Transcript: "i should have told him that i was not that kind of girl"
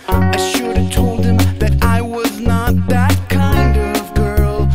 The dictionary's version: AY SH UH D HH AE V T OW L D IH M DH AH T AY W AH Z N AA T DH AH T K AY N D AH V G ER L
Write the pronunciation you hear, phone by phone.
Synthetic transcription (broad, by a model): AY SH UH D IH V T OW L D IH M DH AH T AY W AH Z N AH T DH AH T K AY N D AH V G ER L